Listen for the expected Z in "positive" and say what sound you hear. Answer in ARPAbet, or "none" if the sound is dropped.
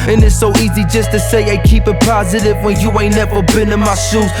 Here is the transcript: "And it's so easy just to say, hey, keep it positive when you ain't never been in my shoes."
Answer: Z